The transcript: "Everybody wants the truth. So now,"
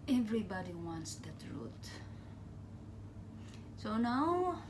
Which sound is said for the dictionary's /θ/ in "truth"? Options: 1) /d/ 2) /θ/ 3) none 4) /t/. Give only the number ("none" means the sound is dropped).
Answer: 4